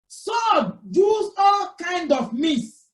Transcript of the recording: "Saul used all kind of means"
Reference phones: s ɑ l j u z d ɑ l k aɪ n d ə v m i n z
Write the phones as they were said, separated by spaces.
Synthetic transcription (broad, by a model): s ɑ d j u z ɑ l k aɪ n d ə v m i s